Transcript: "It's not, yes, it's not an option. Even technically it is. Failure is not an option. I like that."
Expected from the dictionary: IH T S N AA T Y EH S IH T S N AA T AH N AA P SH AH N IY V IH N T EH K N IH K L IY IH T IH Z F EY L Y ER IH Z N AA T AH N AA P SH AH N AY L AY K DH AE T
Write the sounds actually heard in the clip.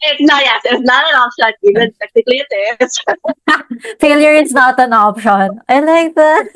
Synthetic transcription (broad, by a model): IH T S N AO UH Y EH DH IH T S N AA T AH N AA P SH AH N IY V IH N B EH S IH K L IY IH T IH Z F EY L Y ER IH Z N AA T AH N AA P SH AH N AY L AY K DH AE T